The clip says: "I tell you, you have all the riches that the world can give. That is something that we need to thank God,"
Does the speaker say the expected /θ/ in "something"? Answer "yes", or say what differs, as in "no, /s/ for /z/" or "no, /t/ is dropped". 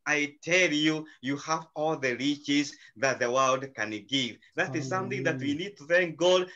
yes